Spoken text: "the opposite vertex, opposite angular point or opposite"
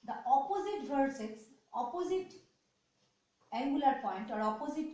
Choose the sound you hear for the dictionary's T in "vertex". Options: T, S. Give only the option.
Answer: S